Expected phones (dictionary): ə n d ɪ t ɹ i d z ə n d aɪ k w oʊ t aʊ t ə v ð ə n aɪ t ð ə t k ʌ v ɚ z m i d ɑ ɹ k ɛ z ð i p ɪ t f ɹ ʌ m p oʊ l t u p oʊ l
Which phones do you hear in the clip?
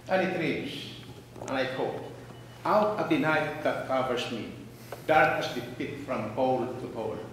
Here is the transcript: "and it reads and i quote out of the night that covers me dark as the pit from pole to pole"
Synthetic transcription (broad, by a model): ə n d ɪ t ɹ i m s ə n aɪ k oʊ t aʊ t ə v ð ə n aɪ t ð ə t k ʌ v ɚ s m i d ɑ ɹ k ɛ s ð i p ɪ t f ɹ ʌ m p oʊ l t u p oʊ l